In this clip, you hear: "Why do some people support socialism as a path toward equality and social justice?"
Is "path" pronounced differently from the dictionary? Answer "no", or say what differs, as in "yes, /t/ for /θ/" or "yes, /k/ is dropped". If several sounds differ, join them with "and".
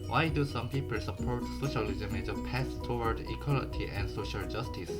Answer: yes, /s/ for /θ/